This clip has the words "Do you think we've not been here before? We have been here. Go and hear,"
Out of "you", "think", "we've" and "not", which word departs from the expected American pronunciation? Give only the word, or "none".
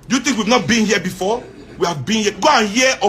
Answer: think